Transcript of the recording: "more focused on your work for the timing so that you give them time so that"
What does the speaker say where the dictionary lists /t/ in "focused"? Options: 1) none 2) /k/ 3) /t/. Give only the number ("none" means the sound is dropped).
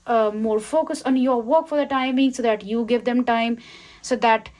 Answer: 1